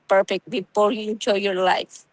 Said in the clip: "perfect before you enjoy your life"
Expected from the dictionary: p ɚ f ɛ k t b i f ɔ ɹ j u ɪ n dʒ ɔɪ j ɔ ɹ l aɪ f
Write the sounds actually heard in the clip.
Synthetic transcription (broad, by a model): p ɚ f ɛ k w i p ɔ l j u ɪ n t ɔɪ j ɔ ɹ l aɪ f